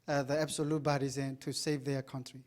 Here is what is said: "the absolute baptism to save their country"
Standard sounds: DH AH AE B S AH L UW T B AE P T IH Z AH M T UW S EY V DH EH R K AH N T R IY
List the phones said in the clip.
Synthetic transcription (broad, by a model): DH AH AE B S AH L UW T B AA T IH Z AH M T UW S EY V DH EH K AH N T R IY